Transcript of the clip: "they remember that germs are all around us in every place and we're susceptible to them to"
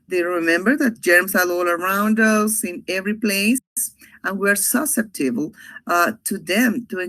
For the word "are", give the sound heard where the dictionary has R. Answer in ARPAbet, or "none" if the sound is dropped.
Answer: L